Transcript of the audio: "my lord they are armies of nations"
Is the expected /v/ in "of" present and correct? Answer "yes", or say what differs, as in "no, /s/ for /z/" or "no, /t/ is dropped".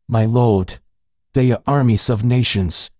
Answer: yes